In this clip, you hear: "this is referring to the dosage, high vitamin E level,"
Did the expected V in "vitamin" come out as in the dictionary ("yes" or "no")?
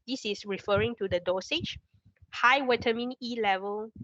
no